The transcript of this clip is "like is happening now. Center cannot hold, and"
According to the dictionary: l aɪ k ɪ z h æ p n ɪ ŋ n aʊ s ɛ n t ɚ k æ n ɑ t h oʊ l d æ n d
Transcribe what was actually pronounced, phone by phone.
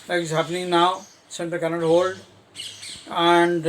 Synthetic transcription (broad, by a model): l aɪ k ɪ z h æ p n ɪ ŋ n aʊ s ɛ n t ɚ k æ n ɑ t h oʊ l d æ n d